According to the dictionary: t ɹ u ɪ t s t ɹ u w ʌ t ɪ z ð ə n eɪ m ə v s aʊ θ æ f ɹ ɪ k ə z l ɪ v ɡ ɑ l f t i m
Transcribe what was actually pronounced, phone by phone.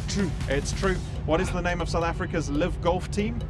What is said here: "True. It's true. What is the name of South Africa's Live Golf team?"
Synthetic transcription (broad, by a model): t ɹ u ɪ t s t ɹ u w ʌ t ɪ z ð ə n eɪ m ə v s aʊ θ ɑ f ɹ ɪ k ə z l ɪ v ɡ ɑ l f t i m